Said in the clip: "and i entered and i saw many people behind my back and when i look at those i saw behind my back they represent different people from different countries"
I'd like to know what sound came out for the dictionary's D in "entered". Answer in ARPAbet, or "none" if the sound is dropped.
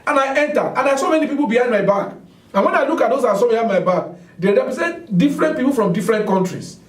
none